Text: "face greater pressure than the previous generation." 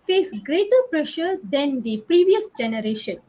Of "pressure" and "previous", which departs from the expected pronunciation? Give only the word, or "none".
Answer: none